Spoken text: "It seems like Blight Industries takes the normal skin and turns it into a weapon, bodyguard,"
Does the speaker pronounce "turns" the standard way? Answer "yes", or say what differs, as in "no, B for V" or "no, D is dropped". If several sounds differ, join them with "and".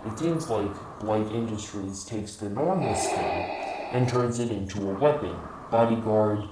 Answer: yes